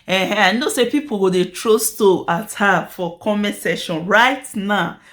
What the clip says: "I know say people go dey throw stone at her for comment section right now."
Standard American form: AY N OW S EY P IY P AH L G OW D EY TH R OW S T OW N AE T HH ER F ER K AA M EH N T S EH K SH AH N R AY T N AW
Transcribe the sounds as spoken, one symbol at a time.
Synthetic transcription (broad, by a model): AY N OW S EY P IY P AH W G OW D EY T R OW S T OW AA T HH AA F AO K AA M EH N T S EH SH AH N R AY T N AW